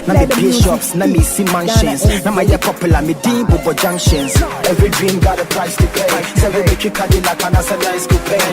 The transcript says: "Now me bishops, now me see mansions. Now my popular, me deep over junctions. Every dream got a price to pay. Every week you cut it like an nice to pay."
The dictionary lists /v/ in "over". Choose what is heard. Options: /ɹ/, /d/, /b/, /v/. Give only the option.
/b/